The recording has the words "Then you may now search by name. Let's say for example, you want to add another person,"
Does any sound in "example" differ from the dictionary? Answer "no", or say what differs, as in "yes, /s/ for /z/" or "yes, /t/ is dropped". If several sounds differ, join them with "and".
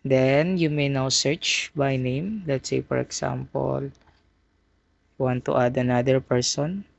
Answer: yes, /s/ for /z/